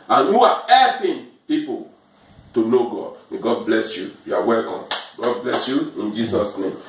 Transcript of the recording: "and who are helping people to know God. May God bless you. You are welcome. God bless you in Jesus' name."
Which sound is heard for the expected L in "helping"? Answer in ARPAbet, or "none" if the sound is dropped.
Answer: none